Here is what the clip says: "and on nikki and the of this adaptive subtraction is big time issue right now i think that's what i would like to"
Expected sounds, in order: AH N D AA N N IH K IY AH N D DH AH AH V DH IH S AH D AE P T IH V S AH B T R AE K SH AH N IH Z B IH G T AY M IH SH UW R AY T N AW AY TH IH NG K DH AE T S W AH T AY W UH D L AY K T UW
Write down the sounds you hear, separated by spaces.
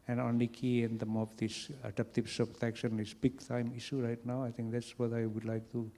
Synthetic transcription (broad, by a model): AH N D AA N L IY K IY AH N D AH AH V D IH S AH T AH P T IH P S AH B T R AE K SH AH N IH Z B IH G T AY M IH SH UW R AY T N AW AY T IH NG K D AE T S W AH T AY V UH D L AY K T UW